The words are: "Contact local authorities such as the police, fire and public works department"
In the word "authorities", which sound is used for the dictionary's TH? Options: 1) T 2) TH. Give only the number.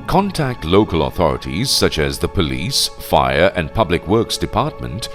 2